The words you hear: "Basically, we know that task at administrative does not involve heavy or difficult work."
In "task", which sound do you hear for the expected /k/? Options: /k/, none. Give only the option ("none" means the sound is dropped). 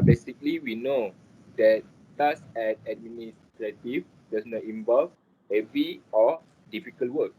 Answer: none